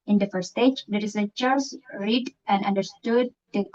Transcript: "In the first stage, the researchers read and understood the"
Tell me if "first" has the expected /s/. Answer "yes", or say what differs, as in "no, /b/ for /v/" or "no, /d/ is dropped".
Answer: no, /s/ is dropped